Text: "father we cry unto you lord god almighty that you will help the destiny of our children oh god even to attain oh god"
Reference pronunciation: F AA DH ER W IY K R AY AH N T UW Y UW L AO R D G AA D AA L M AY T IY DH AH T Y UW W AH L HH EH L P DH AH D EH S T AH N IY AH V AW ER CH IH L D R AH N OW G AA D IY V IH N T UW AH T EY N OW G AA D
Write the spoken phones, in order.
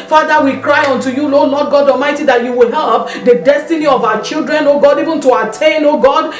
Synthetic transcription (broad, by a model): F AA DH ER W IY K R AY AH N T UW Y UW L AO L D G AA D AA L M AY T IY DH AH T Y UW W AH L HH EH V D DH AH D EH S T AH N IY AH V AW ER CH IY L D R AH N OW G AA D IY V IH N T UW AH T EY N OW G AA D